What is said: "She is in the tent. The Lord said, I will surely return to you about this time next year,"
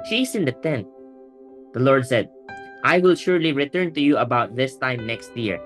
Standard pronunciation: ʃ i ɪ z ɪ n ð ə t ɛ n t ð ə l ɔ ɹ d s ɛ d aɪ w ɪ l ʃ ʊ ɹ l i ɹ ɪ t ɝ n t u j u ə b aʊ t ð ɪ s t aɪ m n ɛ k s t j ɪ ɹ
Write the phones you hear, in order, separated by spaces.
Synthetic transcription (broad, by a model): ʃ i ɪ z ɪ n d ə t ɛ n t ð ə l ɔ ɹ d s ɛ d aɪ w ɪ l ʃ ʊ ɹ l i ɹ ɪ t ɝ n t u j u ə b aʊ t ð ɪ s t aɪ m n ɛ k s t j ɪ ɹ